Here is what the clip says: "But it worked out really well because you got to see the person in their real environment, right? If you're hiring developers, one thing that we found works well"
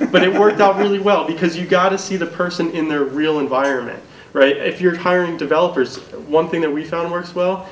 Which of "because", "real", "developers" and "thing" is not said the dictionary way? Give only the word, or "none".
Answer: none